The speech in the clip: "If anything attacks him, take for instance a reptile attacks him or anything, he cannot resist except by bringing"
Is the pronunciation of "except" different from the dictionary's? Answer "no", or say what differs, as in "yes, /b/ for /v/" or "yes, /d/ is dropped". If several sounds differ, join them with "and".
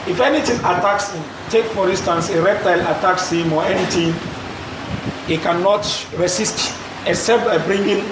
yes, /k/ is dropped